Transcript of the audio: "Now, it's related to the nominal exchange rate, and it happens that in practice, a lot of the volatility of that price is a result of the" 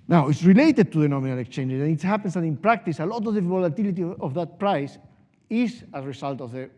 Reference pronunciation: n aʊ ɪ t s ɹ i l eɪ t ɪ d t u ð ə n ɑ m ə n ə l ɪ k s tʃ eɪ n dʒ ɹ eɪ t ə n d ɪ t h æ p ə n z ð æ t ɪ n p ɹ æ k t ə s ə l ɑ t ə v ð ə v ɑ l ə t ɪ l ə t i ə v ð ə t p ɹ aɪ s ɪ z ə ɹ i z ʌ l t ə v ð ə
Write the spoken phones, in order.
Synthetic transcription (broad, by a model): n aʊ ɪ t s ɹ i l eɪ t ɪ d t u ð ə n ɑ m ə n ə l ɪ k s tʃ eɪ n dʒ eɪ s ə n ɪ t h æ p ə n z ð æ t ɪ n p ɹ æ k t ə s ə l ɑ t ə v ð ə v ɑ l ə t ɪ l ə t i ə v ð ə t p ɹ aɪ s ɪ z ə ɹ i s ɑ l t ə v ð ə